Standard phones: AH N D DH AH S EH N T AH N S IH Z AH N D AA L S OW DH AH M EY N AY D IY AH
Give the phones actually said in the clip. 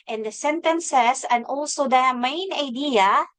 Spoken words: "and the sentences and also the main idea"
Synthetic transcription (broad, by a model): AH N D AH S EH N T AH N S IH S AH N AA L S OW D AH M EY N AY D IY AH